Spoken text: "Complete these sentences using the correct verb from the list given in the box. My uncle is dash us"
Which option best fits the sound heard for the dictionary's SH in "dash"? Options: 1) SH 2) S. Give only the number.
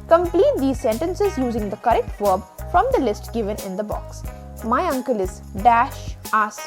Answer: 1